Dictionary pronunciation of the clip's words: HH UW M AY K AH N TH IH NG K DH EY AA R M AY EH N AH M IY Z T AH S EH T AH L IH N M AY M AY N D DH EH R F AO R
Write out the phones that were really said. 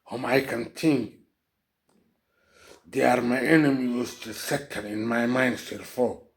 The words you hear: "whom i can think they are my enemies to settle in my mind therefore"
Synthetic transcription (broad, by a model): HH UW M AY K AH N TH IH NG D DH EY AA R M AY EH N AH M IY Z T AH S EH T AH N IH N M AY M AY N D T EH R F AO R